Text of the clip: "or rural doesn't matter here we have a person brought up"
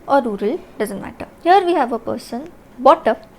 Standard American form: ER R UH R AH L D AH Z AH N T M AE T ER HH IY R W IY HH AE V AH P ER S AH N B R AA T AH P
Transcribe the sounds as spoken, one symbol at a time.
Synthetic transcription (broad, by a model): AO R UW R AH L D AH Z AH N T M AE T ER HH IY R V IY HH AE V AH P ER S AH N B AA T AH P